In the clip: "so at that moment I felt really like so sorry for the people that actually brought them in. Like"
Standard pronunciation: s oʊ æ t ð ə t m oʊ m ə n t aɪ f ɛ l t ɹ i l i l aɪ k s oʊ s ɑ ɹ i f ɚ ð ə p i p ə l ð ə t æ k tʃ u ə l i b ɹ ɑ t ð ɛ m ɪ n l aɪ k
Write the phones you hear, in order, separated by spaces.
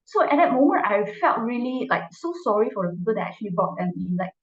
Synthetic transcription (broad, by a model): s oʊ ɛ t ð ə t m oʊ m ə n t aɪ f ɛ l t ɹ i l i l aɪ k s oʊ s ɑ ɹ i f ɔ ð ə p i p ə l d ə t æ k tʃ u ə l i b ɑ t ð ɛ m ɪ n l aɪ k